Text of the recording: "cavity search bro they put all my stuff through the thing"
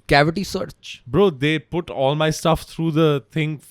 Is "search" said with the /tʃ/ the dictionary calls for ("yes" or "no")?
yes